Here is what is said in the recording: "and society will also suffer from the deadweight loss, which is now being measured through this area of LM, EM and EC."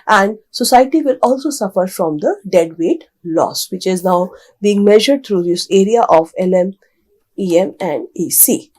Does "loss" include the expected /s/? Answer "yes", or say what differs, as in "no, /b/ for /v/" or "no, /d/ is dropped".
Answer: yes